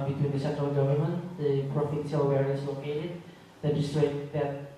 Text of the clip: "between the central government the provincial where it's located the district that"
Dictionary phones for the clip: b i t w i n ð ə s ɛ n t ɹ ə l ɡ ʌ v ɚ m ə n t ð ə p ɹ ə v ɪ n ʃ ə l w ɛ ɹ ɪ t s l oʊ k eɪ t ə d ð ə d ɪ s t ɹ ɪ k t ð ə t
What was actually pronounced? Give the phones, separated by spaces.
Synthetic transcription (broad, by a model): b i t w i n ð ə s ɛ n t ɹ ə l ɡ ʌ v ɚ m ə n t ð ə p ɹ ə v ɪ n s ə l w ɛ ɹ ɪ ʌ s l oʊ k eɪ t ə d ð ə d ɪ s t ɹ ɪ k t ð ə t